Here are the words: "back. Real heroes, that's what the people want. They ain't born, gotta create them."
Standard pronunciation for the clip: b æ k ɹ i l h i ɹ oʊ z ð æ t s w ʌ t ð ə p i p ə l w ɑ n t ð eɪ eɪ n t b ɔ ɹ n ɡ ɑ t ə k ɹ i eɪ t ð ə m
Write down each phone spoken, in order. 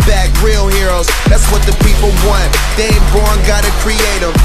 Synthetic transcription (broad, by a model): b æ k ɹ i l h i ɹ oʊ z ð æ t s w ʌ t ð ə p i p l w ɑ n t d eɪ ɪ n b ɔ ɹ n ɡ ɑ t ə k ɹ i eɪ t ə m